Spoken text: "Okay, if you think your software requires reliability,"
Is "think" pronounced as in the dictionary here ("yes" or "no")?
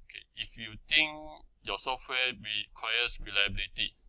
no